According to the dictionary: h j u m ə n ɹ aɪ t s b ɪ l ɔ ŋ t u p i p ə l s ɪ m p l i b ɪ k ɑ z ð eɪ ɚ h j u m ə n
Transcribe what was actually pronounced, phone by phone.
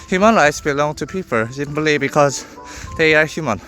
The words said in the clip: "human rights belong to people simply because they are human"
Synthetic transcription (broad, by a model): h j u m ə n ɹ aɪ t s b ɪ l ɔ ŋ t u p i p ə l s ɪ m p l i b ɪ k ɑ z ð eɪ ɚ h j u m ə n